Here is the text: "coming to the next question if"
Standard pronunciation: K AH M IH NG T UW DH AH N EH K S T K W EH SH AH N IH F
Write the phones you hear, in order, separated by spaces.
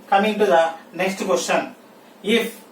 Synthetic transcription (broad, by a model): K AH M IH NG T UW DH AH N EH K S T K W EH S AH N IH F